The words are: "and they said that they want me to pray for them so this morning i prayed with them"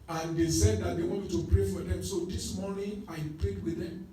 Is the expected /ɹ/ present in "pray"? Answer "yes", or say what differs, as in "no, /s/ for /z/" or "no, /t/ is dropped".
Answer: yes